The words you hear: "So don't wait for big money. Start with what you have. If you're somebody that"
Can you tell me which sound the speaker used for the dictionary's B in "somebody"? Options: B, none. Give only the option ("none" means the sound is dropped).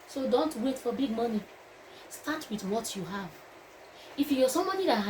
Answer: none